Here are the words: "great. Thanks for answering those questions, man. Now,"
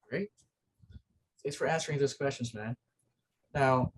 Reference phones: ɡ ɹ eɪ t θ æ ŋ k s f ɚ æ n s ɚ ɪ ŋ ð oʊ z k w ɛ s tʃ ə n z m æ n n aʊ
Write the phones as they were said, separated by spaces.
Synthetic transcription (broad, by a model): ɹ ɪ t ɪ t s f ɚ æ n s ɚ ɪ ŋ ð oʊ z k w ɛ s tʃ ə n z m æ n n aʊ